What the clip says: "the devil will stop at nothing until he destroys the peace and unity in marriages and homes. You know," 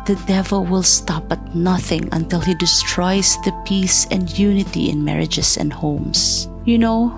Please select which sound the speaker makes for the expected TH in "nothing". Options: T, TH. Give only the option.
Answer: TH